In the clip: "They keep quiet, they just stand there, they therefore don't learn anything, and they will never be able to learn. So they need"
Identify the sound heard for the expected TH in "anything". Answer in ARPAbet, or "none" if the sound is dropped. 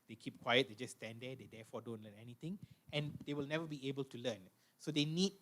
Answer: T